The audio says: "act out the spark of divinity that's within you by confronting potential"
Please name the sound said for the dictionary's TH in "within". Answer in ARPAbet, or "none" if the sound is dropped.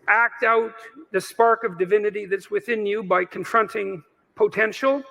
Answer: TH